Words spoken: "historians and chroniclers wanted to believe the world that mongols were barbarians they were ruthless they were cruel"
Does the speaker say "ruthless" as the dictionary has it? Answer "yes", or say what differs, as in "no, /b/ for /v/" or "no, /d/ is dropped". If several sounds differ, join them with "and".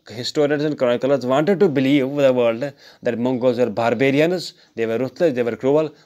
no, /t/ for /θ/